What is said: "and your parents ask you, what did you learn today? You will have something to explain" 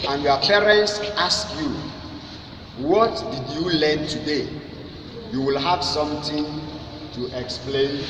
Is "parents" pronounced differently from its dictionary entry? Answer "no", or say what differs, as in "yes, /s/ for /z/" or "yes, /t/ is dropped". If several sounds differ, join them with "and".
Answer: no